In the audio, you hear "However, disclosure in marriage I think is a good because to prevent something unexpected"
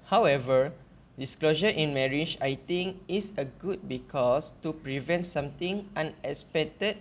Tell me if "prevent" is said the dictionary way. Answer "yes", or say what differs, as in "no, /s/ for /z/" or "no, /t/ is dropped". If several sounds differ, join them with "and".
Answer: yes